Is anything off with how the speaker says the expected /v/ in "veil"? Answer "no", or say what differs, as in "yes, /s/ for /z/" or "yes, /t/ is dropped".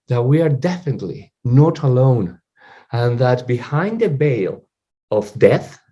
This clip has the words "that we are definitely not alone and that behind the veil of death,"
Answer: yes, /b/ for /v/